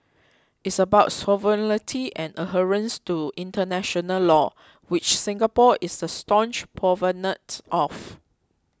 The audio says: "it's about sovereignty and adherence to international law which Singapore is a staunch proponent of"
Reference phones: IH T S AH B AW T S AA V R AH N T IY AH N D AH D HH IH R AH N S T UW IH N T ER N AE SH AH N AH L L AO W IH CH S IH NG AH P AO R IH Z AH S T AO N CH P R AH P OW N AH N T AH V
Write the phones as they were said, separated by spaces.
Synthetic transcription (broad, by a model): IH T S AH B AW T S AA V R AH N T IY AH N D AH HH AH R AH N S T UW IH N T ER N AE SH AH N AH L L AO W IH CH S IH NG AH P AO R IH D AH S T AO N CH P AH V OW N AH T T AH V